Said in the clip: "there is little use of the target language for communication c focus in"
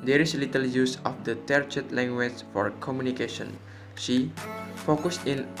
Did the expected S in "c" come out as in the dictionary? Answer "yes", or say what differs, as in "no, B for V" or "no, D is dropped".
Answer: no, SH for S